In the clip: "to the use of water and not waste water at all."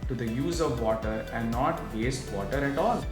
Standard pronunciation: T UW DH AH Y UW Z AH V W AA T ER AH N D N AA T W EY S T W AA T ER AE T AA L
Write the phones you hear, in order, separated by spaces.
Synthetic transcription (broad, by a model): T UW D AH Y UW Z AH V AA T ER AH N D N AA T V EY S T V AA T ER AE T AA L